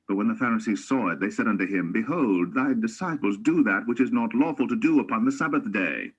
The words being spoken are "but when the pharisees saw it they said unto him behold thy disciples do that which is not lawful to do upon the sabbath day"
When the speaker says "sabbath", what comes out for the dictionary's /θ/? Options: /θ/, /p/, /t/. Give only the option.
/θ/